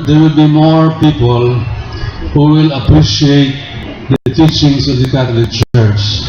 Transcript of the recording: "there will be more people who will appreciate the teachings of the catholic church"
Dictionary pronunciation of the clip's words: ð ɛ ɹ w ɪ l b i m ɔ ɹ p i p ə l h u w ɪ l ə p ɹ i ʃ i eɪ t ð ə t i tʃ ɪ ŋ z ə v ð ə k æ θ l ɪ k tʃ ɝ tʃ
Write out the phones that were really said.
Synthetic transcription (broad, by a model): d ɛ ɹ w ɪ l b i m ɔ ɹ p i p ə l h u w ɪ l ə p ɹ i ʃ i eɪ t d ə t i tʃ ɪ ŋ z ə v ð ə k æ t l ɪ k tʃ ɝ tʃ